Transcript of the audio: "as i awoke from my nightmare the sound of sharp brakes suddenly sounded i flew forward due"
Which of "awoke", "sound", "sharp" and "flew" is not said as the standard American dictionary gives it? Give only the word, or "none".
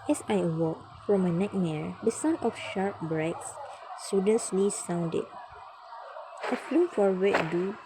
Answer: sound